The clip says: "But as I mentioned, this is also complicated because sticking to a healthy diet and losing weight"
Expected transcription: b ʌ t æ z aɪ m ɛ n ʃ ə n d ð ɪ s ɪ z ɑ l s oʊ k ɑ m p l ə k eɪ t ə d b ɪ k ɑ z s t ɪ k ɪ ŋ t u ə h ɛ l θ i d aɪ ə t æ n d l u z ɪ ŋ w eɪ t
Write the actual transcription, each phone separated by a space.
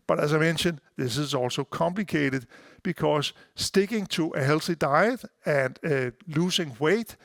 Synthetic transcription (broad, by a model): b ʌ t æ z aɪ m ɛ n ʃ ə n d ð ɪ s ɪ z ɑ l s oʊ k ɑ m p l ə k eɪ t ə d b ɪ k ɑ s s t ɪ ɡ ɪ ŋ s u ə h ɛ l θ i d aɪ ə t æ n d l u s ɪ ŋ w eɪ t